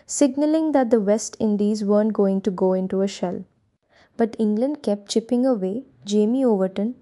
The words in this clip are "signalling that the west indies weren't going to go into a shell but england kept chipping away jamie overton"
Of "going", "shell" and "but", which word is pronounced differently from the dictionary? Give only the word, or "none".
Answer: none